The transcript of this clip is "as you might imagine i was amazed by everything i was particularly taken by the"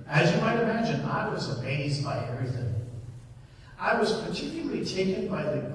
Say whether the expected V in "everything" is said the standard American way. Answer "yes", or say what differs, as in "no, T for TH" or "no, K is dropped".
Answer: no, V is dropped